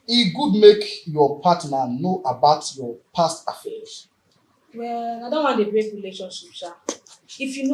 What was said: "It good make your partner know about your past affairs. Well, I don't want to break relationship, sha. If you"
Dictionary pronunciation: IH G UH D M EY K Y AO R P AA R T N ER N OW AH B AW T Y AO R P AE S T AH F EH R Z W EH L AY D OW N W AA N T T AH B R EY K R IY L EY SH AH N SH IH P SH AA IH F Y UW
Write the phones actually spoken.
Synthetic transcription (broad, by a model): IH G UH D M EY K Y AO P AA T N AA N OW AH B AW T Y AO P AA S T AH F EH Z W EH L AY D OW N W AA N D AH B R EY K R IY L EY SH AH N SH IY P S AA IH F Y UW